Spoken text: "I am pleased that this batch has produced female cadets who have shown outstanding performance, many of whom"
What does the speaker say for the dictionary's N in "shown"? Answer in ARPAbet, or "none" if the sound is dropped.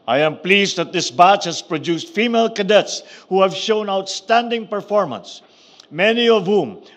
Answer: N